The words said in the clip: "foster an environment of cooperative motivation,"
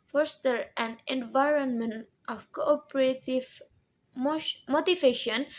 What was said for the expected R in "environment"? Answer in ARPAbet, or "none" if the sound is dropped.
R